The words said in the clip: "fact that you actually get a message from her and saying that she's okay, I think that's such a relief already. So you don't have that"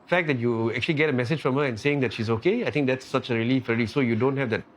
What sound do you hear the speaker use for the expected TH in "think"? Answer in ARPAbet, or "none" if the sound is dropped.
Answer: T